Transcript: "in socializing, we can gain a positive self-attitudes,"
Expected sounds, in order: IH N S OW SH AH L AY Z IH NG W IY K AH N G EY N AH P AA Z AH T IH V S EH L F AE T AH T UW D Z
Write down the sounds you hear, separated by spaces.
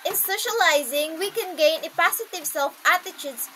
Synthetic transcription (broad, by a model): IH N S OW SH AH L AY Z IH NG W IY K AH N G EY N AH P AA S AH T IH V S EH L F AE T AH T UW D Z